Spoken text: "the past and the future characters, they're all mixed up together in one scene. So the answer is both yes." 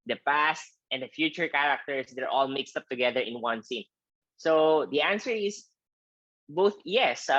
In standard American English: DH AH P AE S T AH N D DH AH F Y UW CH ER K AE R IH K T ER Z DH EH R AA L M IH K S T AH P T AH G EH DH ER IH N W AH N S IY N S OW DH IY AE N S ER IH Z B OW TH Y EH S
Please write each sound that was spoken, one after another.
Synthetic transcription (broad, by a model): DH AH P AE S T AH N D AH F Y UW CH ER K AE R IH K T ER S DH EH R AA L M IH K S T AH P T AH G EH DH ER IH N W AH N S IY N S OW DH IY AE N S ER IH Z B OW TH Y EH S